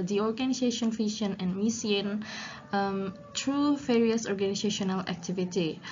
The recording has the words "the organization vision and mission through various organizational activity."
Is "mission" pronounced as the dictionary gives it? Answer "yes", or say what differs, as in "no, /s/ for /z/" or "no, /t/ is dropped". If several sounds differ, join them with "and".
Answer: no, /s/ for /ʃ/